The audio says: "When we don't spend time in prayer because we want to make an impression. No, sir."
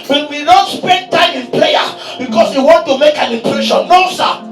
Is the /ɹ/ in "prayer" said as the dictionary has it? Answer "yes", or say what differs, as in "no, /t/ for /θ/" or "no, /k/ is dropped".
no, /l/ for /ɹ/